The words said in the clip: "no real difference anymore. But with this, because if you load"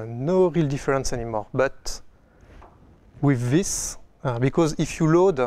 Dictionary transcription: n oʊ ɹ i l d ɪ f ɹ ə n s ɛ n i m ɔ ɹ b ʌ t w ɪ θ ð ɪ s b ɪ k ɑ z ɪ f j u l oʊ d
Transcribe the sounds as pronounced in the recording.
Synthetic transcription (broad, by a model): n oʊ ɹ i l d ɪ f ɹ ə n s ɛ n i m ɔ ɹ b ʌ t w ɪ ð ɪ s b ɪ k ɑ z ɪ f j u l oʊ d